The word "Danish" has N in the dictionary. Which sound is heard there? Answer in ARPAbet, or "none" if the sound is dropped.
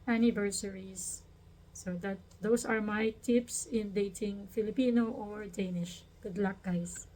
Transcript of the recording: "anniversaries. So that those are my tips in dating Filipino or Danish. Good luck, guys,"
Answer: N